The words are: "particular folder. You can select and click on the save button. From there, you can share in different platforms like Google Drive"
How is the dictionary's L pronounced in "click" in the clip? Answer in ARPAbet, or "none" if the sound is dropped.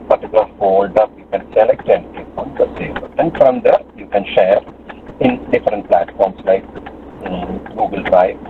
none